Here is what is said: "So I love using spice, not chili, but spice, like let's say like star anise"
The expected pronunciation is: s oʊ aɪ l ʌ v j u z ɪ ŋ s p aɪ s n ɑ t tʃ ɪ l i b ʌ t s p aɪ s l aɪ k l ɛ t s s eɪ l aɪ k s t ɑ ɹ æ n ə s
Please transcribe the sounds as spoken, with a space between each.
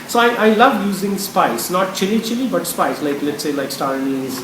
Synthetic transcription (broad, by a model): s oʊ aɪ l ʌ v j u z ɪ ŋ s p aɪ s n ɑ t tʃ ɪ l i b ʌ t s p aɪ s l aɪ k l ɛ t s s eɪ l aɪ k s t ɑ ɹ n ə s